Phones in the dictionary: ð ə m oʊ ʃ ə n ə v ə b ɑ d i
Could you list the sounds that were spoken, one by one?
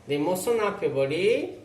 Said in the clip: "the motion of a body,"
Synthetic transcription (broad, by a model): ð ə m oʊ s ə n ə p ə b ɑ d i